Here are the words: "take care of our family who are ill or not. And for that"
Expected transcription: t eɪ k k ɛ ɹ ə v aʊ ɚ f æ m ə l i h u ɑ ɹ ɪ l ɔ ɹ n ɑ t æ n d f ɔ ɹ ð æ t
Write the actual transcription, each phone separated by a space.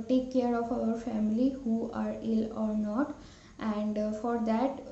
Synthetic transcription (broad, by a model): t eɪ k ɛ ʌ ɹ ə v aʊ ɚ f æ m ə l i h u ɑ ɹ ɪ l ɔ ɹ n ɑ t æ n d f ɔ ɹ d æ t